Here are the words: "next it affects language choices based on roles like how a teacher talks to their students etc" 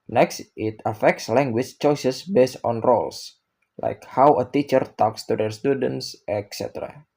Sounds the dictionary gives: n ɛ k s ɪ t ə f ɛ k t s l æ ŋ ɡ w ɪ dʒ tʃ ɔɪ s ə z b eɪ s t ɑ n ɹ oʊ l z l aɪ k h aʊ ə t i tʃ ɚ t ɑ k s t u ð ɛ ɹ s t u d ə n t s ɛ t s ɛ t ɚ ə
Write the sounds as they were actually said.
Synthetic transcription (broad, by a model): n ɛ k s ɪ t ə f ɛ k t s l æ ŋ ɡ w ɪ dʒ tʃ ɔɪ s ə s b eɪ s t ɑ n ɹ oʊ l s l aɪ k h aʊ ə t i tʃ ɚ t ɑ k s t u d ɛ ɹ s t u d ə n t s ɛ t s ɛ t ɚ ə